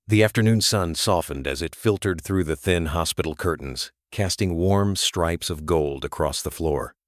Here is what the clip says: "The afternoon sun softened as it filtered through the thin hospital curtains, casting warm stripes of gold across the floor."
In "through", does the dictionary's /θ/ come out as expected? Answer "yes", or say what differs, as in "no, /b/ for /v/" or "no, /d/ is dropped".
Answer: yes